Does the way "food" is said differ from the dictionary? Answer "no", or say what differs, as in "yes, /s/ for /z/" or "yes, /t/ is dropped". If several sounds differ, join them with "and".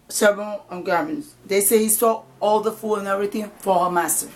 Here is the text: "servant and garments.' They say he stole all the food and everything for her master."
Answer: yes, /d/ is dropped